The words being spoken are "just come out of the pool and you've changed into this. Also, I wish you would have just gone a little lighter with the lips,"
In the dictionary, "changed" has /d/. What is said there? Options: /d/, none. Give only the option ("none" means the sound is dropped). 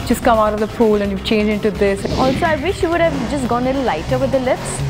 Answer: none